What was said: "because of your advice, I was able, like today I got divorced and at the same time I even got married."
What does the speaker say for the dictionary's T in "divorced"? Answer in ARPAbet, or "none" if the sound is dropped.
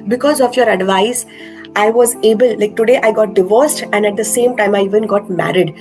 T